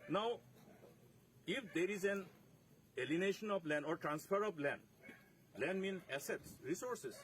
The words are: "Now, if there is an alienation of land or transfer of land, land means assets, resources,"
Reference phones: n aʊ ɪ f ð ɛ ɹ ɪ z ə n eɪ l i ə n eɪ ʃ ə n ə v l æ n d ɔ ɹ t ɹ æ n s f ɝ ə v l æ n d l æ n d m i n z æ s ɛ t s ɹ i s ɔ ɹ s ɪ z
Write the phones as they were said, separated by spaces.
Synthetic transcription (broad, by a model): n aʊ ɪ f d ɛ ɹ ɪ z ə n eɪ l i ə n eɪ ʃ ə n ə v l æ n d ɔ ɹ t ɹ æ n s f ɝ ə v l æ n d l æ n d m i n æ s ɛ t s ɹ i s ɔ ɹ s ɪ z